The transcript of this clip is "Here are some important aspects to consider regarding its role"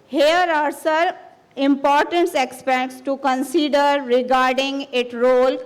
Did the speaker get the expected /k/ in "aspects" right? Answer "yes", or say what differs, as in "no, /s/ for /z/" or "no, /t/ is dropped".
no, /k/ is dropped